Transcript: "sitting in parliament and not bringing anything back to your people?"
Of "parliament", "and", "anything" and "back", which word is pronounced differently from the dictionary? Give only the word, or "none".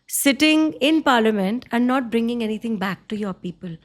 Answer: anything